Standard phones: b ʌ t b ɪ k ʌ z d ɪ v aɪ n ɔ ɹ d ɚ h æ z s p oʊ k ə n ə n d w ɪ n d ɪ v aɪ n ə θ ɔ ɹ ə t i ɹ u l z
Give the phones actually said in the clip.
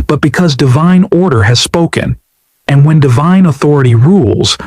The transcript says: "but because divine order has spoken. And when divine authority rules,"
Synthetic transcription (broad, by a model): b ʌ t b ɪ k ʌ z d ɪ v aɪ n ɔ ɹ d ɚ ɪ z s p oʊ k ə n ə n w ɪ n d ɪ v aɪ n ə θ ɔ ɹ ə t i ɹ u l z